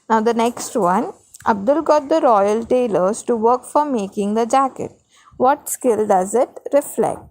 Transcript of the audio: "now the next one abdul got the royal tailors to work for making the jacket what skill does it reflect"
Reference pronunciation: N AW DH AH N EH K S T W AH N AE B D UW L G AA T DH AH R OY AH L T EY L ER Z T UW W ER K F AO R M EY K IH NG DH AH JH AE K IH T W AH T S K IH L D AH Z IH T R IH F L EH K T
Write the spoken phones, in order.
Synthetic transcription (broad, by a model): N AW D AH N EH K S T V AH N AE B D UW L G AA T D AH R OY AH L T EY L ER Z T UW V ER K F AO R M EY K IH NG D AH JH AE K IH T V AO T S K IH L D AH Z IH T R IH F L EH K T